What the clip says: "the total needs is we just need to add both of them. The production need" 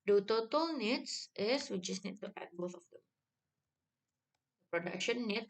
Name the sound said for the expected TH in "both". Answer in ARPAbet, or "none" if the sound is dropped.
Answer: S